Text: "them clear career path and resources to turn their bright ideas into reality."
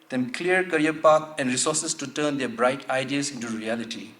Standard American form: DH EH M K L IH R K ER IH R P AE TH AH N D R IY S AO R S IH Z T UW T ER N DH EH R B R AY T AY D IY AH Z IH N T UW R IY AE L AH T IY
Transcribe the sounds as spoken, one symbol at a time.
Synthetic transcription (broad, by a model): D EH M K L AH R K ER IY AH P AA T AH N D R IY S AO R S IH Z T UW T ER N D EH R B R AY T AY D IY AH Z IH N T UW R IY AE L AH T IY